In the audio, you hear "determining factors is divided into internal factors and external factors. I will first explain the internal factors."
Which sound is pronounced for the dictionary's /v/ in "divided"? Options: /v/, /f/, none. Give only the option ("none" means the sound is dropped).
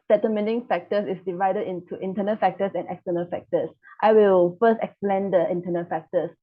/v/